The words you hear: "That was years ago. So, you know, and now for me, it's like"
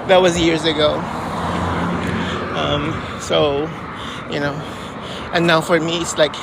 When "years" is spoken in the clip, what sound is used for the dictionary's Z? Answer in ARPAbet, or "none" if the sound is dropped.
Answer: Z